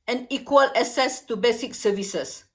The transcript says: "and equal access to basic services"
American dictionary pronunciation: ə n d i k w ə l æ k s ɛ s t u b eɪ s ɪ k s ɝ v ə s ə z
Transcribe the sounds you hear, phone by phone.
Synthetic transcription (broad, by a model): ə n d i k w ə l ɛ s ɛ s t u b eɪ s ɪ k s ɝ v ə s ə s